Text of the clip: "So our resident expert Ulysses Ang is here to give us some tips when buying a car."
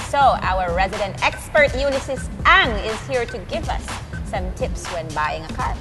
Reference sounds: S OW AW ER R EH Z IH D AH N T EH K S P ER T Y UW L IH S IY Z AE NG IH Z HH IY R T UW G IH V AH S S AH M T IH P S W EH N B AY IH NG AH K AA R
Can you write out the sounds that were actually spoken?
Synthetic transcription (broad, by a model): S OW AW ER R EH Z IH D AH N T EH K S P ER T Y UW N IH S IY S AE NG IH Z HH IY R T UW G IH V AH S S AH M T IH P S W EH N B AY IH NG AH K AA R